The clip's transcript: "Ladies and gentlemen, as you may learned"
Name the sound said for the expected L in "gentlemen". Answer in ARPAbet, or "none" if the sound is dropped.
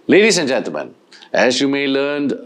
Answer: none